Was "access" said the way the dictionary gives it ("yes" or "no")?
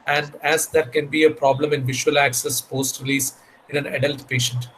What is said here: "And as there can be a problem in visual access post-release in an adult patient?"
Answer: yes